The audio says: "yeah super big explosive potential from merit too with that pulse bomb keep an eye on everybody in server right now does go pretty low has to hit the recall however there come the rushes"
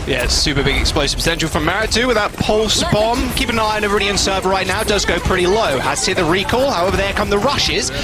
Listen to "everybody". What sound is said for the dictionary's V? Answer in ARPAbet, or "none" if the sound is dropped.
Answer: none